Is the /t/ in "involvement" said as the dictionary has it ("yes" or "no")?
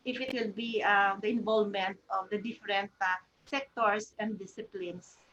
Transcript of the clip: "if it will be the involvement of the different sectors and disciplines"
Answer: yes